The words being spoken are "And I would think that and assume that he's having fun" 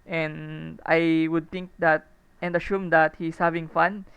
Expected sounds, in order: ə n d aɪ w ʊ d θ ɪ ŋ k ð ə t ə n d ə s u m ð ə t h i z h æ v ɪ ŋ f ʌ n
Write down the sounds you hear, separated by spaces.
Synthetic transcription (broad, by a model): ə n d aɪ w ʊ d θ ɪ ŋ k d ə t ə n d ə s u m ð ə t h i s h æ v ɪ ŋ f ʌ n